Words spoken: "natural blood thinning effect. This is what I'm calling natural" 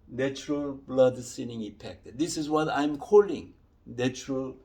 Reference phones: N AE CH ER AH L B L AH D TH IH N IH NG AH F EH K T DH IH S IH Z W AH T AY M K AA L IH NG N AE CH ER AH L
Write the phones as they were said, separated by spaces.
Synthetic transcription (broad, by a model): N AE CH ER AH L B L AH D S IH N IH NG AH P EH K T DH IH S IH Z W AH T AY M K AA L IH NG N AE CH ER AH L